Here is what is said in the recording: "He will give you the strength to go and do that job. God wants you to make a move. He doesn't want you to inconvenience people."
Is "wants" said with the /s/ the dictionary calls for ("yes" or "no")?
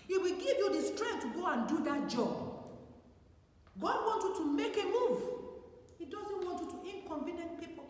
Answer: no